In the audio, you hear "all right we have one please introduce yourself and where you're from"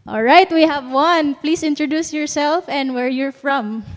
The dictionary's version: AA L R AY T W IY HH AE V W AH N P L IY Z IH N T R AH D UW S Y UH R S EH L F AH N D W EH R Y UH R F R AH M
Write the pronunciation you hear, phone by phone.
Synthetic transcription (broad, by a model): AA L R AY T W IY HH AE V W AH N P L IY S IH N T R AH D UW S Y UH R S EH L F AH N D W EH R Y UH R F R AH M